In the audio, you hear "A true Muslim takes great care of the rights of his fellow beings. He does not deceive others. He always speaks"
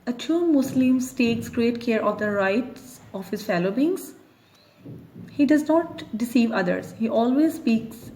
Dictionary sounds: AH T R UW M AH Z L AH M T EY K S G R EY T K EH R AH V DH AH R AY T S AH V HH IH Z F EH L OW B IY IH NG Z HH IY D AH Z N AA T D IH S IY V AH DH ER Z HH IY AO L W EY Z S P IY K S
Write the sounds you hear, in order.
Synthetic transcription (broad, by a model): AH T UW M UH S L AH M T EY K S G R EY T K EH R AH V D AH R AY T S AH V HH IH Z F EH L OW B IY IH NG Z HH IY D AH Z N AA T D IH S IY V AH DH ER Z HH IY AO L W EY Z S P IY K S